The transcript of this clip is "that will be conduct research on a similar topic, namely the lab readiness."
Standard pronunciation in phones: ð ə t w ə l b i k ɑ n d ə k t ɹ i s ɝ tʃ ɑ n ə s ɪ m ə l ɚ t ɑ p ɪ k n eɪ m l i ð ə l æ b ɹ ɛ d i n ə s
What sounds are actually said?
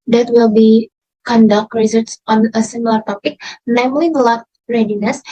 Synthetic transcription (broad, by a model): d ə t w ə l b i k ɑ n d ə k t ɹ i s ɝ s ɑ n ə s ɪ m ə l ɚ t ɑ p ɪ k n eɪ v l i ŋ l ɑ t ɹ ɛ d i n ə s